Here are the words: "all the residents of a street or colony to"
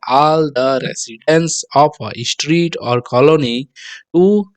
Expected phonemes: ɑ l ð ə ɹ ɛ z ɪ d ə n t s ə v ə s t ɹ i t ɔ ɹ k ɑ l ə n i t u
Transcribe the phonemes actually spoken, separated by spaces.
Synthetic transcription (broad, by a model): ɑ l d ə ɹ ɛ s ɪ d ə n s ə p ə s t ɹ i t ɔ ɹ k ɑ l ə n i t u